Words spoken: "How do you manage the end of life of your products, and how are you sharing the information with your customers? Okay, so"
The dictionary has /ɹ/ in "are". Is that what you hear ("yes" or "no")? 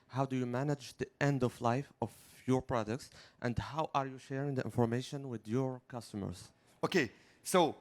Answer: yes